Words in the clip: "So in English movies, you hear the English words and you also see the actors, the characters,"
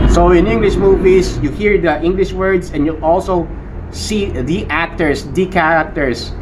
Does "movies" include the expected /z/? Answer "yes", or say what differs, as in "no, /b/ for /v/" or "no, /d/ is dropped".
no, /s/ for /z/